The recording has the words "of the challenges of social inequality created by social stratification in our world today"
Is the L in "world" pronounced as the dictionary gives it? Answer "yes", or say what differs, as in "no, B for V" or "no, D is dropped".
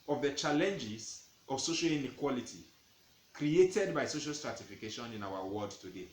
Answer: no, L is dropped